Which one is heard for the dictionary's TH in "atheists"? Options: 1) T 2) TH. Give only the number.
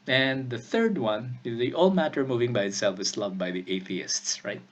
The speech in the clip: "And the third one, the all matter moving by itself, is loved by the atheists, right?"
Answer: 2